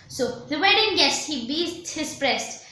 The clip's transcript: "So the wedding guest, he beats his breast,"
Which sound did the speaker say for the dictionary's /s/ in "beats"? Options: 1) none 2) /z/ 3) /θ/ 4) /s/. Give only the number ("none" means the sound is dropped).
1